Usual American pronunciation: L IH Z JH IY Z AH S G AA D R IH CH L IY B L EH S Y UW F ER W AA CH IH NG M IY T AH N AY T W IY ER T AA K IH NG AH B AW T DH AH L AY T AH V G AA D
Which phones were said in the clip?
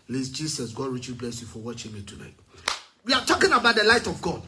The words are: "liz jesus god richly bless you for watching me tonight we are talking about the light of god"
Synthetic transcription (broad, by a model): L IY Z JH IY S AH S G AA D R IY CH IY B L EH S Y UW F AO W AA CH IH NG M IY T AH N AY T W IY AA T AA K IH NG AH B AW T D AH L AY T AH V G AA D